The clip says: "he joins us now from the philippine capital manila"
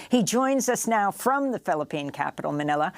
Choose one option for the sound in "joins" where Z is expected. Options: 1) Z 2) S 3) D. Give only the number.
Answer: 1